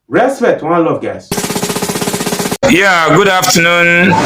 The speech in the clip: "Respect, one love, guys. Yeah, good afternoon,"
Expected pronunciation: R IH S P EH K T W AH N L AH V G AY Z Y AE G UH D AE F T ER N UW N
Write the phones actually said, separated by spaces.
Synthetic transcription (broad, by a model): R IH S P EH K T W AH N L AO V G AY S Y AE G UH D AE F T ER N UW N